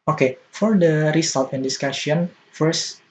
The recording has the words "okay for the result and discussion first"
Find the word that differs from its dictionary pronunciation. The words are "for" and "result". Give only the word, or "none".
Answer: result